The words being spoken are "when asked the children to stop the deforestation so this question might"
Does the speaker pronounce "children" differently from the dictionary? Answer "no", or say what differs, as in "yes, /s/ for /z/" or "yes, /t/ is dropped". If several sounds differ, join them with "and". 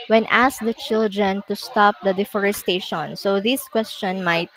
no